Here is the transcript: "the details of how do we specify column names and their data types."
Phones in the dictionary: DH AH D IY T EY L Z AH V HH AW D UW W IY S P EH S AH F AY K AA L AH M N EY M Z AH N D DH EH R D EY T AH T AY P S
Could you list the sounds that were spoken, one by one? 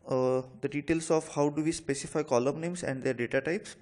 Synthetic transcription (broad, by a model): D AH D IY T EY L S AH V HH AW D UW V IY S P EH S AH F AY K AA L AH M N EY M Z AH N D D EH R D EY T AH T AY P S